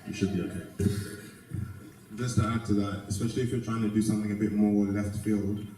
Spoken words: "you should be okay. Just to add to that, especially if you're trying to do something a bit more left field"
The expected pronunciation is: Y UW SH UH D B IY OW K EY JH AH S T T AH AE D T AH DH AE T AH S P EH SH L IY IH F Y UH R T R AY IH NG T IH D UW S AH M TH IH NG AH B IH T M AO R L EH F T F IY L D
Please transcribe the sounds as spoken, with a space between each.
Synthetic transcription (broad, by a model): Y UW SH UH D B IY OW K EY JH AH S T T AH AE D T AH DH AE T AH S P EH SH L IY IH F Y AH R T R AY IH NG T IH D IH S AH M TH IH NG AH B IH T M AO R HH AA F T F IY L